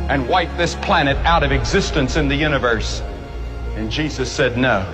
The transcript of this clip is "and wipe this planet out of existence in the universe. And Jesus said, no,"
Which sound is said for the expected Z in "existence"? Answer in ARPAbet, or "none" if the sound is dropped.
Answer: Z